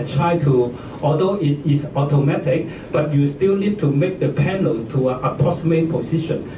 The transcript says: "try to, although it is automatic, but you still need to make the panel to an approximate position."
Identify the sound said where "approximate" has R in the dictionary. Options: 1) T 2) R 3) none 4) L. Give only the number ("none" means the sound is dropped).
3